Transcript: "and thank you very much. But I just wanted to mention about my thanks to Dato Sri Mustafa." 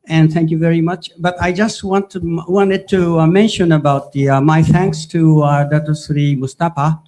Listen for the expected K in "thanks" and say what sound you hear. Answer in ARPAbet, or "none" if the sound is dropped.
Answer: K